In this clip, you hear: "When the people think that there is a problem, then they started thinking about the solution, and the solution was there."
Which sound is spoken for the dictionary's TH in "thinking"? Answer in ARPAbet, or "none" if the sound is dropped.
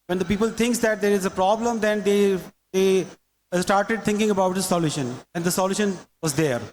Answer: T